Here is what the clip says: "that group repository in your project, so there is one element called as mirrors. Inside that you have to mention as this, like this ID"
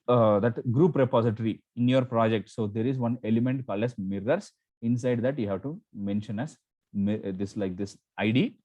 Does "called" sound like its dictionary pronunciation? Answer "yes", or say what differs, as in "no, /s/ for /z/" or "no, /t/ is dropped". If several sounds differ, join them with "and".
no, /d/ is dropped